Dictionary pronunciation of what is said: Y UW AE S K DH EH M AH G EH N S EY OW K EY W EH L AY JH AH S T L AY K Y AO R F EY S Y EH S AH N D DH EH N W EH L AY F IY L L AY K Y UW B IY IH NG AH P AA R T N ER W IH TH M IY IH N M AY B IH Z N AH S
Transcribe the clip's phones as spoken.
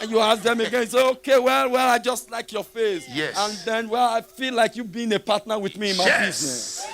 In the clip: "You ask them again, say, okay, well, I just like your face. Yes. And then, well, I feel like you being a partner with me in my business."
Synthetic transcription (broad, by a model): Y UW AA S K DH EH M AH G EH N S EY OW K EY W EH L AY JH AH S T L AY K Y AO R F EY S Y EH AH N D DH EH N W EH L AY F IY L L AY K Y UW B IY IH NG AH P AA T N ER W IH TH M IY IH N M AY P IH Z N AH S